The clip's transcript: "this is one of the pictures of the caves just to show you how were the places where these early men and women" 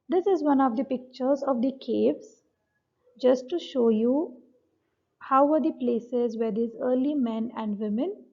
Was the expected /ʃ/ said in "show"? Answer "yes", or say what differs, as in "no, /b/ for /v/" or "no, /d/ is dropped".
yes